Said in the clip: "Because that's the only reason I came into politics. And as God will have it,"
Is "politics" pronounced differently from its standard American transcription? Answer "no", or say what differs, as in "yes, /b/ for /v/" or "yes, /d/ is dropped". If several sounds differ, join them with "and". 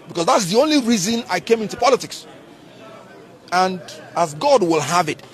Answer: no